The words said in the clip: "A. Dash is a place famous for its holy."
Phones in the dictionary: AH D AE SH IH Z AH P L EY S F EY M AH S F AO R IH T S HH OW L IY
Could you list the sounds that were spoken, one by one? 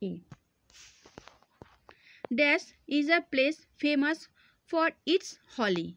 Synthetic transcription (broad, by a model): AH D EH S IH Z AH P L EY S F EY M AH S F AO R IH T S HH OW L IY